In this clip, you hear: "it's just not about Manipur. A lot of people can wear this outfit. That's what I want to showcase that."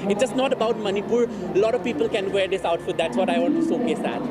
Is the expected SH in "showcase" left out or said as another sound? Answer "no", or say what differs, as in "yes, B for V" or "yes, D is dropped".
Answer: yes, S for SH